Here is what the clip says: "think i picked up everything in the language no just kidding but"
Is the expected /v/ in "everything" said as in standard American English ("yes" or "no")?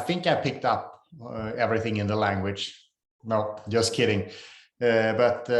yes